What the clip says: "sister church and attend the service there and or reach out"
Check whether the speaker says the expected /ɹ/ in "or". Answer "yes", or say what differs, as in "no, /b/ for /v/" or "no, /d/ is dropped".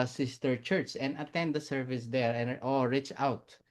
no, /l/ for /ɹ/